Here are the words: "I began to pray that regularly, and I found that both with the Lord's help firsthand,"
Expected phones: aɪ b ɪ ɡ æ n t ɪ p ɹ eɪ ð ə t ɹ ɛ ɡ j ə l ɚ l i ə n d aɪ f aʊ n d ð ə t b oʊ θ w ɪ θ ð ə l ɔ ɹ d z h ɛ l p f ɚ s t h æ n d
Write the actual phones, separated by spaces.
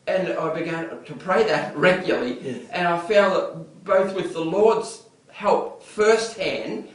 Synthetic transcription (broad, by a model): aɪ b ɪ ɡ æ n t ɪ p ɹ eɪ ð ə t ɹ ɛ ɡ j l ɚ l i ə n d aɪ f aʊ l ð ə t b oʊ θ w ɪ ð ə l ɔ ɹ d z h ɛ l p f ɚ s t h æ n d